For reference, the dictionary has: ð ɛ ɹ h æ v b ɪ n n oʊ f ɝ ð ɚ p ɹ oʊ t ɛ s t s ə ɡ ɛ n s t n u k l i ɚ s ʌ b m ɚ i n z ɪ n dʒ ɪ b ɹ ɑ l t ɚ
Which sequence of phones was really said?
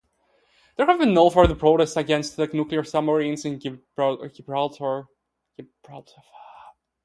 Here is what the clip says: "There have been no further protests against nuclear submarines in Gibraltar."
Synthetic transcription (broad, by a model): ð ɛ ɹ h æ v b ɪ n n oʊ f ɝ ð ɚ p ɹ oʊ t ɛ s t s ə ɡ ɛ n s t n u k l i ɚ s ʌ m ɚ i n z ɪ n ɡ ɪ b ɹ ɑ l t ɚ